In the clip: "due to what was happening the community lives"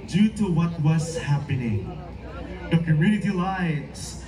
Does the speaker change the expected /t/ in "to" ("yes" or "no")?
no